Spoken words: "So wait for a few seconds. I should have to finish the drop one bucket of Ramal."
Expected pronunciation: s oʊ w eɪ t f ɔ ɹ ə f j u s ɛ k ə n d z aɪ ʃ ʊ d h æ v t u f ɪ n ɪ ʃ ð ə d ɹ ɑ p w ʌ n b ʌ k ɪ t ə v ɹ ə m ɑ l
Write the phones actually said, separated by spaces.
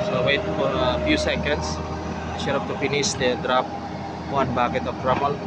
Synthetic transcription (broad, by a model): s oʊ w eɪ t f ɔ ɹ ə f j u s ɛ k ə n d s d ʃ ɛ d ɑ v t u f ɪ n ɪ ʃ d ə d ɹ ɑ p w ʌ n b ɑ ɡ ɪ t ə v ɹ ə m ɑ l